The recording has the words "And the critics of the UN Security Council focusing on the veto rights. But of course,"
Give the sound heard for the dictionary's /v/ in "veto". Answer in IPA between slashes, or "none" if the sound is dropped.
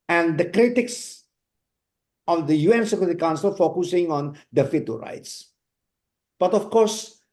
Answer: /f/